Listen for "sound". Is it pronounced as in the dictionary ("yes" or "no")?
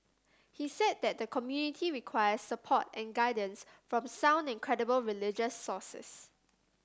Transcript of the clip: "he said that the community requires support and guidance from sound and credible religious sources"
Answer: yes